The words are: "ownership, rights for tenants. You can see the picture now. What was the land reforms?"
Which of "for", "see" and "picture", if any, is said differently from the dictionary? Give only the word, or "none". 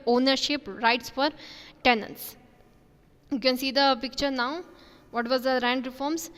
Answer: none